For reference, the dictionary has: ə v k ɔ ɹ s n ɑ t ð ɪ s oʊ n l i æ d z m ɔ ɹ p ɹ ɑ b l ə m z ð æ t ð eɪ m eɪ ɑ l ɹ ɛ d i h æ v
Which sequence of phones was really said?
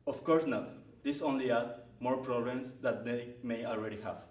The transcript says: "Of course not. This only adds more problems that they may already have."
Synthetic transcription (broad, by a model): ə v k ɔ ɹ s n ɑ t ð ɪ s oʊ n l i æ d m ɔ ɹ p ɹ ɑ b l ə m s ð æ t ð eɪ m eɪ ɑ l ɹ ɛ d i h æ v